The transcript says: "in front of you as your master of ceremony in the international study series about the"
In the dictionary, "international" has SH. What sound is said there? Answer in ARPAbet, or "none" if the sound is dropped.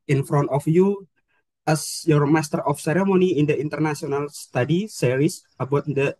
S